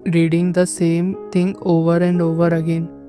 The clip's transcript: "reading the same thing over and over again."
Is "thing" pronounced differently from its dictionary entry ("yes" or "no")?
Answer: yes